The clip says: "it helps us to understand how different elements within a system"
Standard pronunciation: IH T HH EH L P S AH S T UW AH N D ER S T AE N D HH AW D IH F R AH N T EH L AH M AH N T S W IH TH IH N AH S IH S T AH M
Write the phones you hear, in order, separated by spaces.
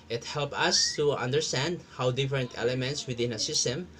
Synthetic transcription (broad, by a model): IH T HH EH L P AH S T UW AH N D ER S T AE N D HH AW D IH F R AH N T EH L AH M AH N T S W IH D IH N AH S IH S T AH M